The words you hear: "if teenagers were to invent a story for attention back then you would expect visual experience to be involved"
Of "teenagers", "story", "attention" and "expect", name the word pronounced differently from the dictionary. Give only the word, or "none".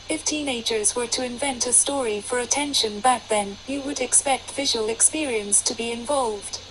none